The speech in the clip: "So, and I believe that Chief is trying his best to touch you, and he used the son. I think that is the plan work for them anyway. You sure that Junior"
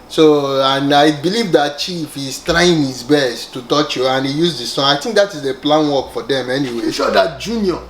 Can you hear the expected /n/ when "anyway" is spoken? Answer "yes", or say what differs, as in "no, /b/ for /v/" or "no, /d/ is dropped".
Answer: yes